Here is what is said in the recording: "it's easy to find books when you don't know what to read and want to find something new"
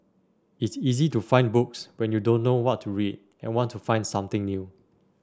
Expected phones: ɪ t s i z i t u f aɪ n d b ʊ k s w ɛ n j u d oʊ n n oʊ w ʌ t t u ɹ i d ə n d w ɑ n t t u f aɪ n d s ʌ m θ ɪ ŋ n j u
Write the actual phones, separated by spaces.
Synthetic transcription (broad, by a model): ɪ t s i z i t u f aɪ n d b ʊ k s w ɛ n j u d oʊ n n oʊ w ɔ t t u ɹ i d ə n w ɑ n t t u f aɪ n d s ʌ m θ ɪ ŋ n j u